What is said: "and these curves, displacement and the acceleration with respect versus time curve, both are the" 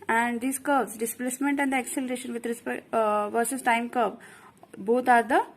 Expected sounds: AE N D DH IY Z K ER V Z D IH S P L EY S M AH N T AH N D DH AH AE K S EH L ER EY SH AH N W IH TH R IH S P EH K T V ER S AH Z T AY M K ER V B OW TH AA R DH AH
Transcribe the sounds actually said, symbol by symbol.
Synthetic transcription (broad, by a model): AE N D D IY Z K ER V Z D IH S P L EY S M AH N T AH N D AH K S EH L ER EY SH AH N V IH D R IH S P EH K V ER S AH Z T AY M K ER B B OW T AA R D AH